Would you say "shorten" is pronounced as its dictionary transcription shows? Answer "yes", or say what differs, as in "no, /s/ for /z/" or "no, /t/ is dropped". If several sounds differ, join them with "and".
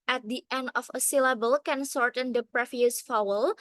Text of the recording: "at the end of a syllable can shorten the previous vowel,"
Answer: no, /s/ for /ʃ/